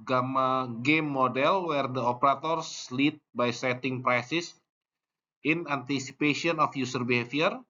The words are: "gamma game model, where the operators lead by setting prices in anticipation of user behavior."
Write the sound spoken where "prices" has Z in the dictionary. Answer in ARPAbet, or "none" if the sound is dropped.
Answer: S